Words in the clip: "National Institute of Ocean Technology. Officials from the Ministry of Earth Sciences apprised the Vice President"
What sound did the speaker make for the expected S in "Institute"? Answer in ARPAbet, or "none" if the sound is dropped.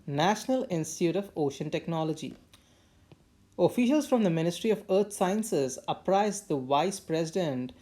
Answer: S